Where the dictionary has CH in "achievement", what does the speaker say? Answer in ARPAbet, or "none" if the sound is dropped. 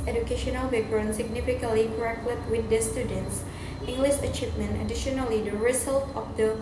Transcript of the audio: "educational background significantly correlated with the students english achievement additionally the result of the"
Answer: CH